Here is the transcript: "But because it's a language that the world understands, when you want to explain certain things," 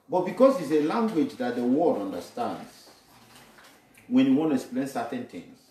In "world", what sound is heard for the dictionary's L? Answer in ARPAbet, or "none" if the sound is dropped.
none